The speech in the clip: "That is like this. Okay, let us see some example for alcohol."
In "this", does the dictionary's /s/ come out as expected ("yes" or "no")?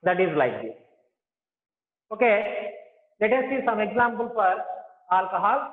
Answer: no